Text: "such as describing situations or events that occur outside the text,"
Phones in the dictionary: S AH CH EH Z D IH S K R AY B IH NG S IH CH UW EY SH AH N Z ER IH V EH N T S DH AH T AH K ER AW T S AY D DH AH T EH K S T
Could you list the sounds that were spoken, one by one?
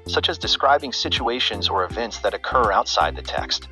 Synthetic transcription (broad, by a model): S AH CH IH Z D IH S K R AY B IH NG S IH CH UW EY SH AH N Z ER IH V EH N T S DH AH T AH K ER AW T S AY D DH AH T EH K S T